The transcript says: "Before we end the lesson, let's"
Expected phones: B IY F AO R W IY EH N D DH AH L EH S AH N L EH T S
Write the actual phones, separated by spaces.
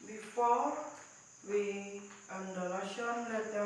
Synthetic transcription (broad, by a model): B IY F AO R W IY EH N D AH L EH SH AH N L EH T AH